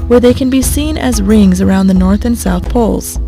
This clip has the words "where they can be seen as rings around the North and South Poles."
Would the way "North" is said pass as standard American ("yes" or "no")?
yes